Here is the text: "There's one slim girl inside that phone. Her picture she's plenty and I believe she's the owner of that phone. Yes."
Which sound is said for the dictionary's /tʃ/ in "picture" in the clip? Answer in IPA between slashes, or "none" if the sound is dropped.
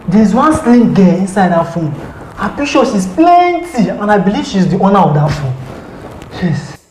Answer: /ʃ/